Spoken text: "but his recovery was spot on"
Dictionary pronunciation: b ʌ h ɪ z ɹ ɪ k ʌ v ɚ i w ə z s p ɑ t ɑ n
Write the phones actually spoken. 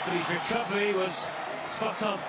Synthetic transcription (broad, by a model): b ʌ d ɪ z ɹ ɪ k ʌ v ɚ i w ə z s p ɑ t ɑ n